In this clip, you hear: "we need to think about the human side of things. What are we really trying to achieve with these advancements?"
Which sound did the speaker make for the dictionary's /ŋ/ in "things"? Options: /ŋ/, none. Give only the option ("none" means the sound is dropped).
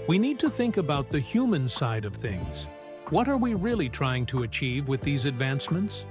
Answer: /ŋ/